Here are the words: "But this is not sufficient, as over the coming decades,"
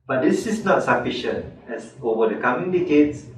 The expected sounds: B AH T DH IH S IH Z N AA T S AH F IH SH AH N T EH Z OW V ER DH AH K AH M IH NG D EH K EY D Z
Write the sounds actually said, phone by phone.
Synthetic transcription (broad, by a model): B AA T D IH S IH S N AA T S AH F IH SH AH N T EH S OW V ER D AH K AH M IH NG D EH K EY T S